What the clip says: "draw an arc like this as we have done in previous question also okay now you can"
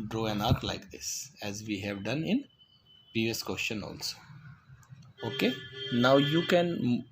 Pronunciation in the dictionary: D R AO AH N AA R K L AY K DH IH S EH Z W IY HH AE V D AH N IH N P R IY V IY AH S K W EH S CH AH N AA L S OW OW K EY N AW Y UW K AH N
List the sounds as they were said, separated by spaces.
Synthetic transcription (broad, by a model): D R AO AH N AA R K L AY K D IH S EH Z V IY HH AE V D AH N IH N P R IY V IY AH S K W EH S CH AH N AA L S OW OW K EY N AW Y UW K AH N